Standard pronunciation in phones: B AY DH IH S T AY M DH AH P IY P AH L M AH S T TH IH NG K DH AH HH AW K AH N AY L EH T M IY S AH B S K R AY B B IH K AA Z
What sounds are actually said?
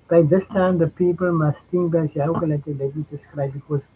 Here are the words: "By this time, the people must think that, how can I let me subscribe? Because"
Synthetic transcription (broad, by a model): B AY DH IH S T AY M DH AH P IY P AH L M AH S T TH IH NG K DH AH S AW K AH L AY L EH T M IY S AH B S K R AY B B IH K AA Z